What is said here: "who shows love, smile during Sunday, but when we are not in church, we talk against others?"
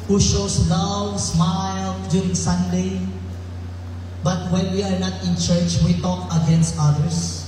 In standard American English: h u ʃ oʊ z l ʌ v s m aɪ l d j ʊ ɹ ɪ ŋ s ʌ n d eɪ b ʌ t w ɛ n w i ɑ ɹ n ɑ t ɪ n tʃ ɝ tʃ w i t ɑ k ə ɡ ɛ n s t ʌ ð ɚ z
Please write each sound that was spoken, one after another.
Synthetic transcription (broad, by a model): h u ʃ oʊ s l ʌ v s m aɪ l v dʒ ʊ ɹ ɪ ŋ s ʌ n d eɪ b ʌ t w ɛ n w i ɑ ɹ n ɑ t ɪ n tʃ ɝ tʃ w i t ɑ k ə ɡ ɛ n s t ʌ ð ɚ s